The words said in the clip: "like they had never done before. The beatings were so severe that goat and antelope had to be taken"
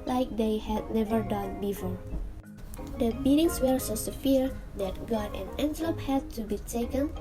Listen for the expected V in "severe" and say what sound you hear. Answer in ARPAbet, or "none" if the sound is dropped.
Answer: F